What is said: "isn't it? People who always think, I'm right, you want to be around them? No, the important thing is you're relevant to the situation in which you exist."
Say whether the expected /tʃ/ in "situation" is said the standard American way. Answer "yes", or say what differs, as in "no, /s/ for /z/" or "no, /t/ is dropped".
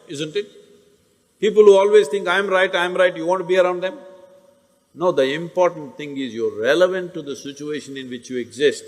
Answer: yes